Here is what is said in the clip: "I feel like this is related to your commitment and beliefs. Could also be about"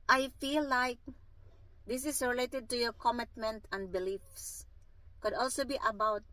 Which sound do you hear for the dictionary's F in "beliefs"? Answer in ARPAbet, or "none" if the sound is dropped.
F